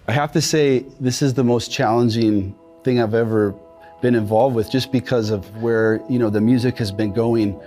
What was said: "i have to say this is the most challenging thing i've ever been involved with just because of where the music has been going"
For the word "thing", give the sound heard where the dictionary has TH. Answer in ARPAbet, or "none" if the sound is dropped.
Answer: TH